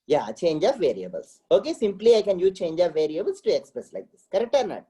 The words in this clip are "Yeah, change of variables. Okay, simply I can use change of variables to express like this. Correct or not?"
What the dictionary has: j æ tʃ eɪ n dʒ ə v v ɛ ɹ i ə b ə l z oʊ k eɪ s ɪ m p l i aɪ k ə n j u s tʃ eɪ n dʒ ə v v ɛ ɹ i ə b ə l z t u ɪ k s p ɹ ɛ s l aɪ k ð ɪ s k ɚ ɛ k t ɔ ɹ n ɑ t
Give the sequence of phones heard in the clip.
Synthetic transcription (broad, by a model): j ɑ tʃ eɪ n dʒ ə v v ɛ ɹ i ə b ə l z oʊ k eɪ s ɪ m p l i aɪ k ə n j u tʃ eɪ n dʒ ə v v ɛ ɹ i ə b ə l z t u ɪ k s p ɹ ɛ s l aɪ k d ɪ s k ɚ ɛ k t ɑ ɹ n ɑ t